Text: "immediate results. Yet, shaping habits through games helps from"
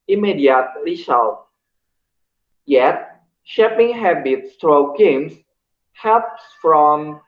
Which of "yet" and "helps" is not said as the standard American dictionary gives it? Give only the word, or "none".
helps